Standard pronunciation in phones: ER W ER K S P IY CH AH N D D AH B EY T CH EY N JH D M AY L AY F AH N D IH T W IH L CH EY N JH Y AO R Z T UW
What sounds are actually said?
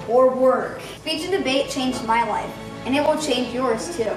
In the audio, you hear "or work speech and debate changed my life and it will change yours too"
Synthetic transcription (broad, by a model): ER W ER K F IY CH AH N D D AH B EY T CH EY N JH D M AY L AY F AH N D IH T W IH L CH EY N JH Y AO R Z T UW